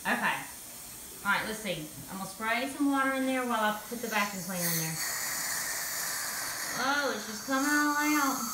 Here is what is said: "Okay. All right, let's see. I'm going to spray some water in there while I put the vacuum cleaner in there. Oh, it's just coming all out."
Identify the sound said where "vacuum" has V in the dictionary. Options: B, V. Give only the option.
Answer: B